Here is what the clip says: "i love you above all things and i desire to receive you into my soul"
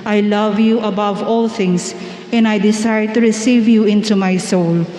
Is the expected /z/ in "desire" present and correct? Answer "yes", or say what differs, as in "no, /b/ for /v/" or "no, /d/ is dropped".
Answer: no, /s/ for /z/